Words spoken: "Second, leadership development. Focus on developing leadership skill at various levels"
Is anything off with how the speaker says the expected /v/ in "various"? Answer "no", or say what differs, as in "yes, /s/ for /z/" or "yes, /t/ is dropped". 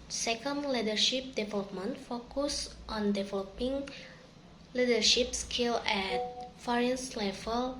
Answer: yes, /f/ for /v/